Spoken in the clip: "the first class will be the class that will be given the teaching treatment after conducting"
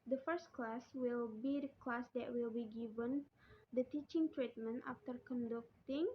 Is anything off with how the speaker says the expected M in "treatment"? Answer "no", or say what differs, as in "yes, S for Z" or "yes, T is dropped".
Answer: no